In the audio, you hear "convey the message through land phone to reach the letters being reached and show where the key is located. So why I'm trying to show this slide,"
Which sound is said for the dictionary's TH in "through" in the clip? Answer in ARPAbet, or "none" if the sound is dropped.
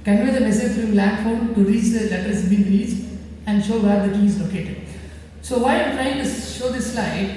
F